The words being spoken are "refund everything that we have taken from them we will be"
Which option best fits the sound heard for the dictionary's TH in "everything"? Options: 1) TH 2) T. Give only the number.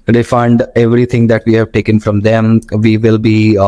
2